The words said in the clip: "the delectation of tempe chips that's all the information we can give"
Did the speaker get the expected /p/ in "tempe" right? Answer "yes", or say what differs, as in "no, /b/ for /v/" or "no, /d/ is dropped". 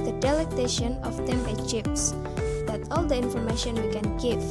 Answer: no, /p/ is dropped